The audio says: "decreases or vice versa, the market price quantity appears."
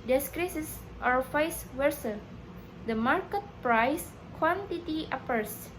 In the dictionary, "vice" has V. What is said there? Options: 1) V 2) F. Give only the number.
2